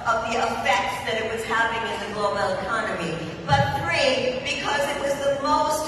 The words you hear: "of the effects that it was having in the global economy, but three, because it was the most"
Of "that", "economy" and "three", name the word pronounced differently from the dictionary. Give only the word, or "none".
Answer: none